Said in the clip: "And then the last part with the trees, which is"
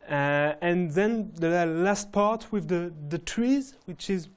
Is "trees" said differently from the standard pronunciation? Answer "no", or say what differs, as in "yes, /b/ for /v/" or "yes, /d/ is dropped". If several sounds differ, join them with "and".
no